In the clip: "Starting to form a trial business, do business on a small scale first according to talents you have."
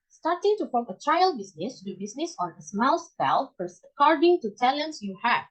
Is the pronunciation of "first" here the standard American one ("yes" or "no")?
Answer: no